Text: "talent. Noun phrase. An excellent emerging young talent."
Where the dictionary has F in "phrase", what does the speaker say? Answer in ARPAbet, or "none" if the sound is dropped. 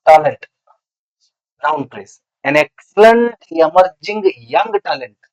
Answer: P